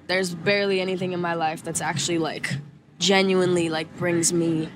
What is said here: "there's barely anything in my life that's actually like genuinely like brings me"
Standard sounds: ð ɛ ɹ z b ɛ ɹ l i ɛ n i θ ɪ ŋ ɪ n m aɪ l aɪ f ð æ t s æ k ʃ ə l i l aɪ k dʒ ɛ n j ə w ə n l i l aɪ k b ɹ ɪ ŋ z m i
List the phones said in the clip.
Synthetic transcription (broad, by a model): ð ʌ ɹ z b ɛ ɹ l i ɛ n i θ ɪ ŋ ɪ n m aɪ l aɪ f ð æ t s æ k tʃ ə l i l aɪ k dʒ ɛ n j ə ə n l i l aɪ k b ɹ ɪ ŋ z m i